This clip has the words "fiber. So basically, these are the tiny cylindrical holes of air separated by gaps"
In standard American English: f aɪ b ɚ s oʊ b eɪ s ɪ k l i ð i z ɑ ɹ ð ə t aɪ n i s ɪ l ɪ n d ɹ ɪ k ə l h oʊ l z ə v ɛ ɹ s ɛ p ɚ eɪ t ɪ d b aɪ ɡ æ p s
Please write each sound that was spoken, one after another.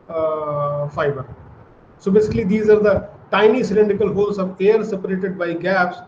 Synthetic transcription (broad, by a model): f aɪ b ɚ s oʊ b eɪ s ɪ k l i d i z ɑ ɹ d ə t aɪ n i s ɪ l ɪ n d ɪ k ə l h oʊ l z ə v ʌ ɹ s ɛ p ɚ eɪ t ɪ d b aɪ ɡ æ p s